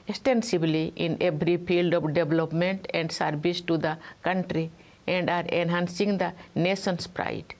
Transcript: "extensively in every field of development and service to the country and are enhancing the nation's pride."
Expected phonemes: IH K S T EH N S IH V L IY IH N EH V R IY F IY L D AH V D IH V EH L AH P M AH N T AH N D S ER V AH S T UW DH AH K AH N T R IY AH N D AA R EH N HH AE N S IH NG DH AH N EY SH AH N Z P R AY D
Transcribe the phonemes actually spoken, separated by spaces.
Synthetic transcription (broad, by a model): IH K S T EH N S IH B L IY IH N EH B R IY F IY L D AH P D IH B L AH P M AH N T AH N D S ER B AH S T UW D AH K AH N T R IY AH N D AA R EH N HH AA N S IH NG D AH N EY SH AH N S P R AY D